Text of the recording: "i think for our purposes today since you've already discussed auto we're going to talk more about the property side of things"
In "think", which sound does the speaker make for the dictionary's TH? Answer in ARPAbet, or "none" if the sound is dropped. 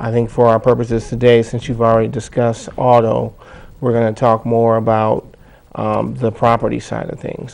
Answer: TH